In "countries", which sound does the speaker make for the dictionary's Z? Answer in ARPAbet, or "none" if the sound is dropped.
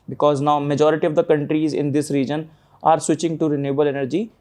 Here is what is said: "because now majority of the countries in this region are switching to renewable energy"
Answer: Z